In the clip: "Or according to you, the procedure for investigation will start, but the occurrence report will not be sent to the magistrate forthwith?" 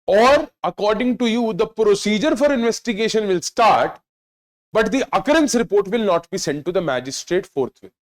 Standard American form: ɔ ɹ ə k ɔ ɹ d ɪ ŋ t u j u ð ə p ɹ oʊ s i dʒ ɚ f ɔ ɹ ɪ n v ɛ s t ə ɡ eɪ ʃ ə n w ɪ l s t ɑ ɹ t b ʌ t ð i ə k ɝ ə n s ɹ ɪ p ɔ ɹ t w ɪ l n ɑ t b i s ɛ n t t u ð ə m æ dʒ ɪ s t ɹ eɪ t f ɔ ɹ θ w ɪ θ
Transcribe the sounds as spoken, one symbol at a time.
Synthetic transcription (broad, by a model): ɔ ɹ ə k ɔ ɹ d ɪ ŋ t u j u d ə p ɹ oʊ s i dʒ ɚ f ɔ ɹ ɪ n v ɛ s t ə ɡ eɪ ʃ ə n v ɪ l s t ɑ ɹ t b ʌ t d i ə k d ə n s ɹ ɪ p ɔ ɹ t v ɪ l n ɑ t b i s ɛ n t t u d ə m æ dʒ ɪ s t ɹ eɪ t f ɔ ɹ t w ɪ